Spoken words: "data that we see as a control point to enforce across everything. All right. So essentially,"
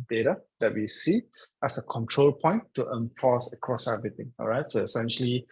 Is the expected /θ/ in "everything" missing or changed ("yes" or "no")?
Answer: yes